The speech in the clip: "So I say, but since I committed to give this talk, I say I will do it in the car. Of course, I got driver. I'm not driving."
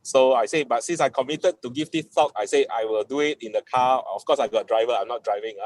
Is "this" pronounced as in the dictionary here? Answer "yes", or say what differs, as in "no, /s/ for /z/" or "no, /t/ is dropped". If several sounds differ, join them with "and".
no, /s/ is dropped